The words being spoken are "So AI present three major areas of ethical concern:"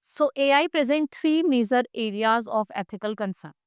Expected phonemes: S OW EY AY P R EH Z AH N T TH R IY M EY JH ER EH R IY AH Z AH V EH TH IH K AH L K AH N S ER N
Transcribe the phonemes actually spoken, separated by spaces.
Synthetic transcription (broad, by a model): S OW EY AY P R EH Z AH N T T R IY M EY Z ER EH R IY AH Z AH F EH T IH K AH L K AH N S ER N